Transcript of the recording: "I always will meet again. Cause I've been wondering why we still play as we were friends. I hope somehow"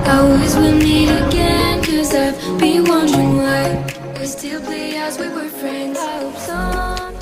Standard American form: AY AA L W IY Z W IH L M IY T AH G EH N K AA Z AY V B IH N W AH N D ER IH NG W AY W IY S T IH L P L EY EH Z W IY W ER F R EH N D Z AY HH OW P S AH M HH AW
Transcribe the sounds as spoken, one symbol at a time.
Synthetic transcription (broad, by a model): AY AA L W IY Z W IH L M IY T AH G EH N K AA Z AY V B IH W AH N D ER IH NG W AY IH S T IH L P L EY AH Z W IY W ER F R EH N D Z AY HH OW P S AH